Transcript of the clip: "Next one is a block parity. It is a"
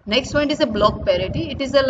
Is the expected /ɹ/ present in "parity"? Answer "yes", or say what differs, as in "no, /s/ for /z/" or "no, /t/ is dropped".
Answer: yes